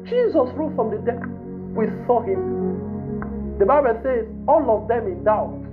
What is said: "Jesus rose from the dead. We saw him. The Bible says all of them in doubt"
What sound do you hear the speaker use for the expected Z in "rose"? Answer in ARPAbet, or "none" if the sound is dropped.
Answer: none